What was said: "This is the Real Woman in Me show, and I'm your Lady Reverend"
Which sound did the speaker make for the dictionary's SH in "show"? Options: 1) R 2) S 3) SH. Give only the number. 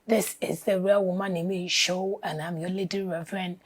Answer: 3